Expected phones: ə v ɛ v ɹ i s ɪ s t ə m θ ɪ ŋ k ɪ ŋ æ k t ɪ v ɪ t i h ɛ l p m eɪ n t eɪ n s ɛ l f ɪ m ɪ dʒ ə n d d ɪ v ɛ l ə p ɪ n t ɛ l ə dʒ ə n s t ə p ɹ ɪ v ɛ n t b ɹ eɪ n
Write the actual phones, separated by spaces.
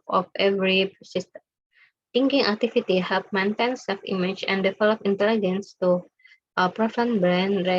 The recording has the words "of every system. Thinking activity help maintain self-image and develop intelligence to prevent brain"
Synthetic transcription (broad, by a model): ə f ɛ v ɹ i s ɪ s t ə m t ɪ ŋ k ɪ ŋ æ k t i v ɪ t i h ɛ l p m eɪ n t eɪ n s ɛ l f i m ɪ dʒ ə n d d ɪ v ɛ l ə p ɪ n t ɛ l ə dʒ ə n s t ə p ɹ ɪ f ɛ n b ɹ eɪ n